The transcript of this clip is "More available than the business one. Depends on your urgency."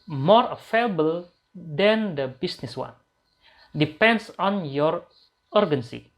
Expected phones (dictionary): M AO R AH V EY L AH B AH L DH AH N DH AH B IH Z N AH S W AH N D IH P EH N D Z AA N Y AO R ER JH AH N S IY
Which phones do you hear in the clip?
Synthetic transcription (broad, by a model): M AO R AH F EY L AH B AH L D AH N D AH B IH S N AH S W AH N D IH P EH N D S AA N Y AO R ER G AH N S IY